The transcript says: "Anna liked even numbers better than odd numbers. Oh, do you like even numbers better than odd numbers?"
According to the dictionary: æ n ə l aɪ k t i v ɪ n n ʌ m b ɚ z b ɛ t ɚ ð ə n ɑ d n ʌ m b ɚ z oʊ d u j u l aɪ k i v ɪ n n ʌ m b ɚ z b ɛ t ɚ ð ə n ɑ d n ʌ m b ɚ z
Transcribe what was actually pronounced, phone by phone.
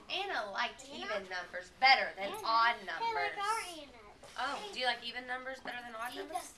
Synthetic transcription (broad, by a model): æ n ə l aɪ k i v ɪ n n ʌ m b ɚ z b ɛ t ɚ ð ə n ɑ d n ʌ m b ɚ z oʊ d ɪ j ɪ l aɪ k i v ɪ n n ʌ m b ɚ z b ɛ t ɚ ð ə n ɑ d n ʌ m b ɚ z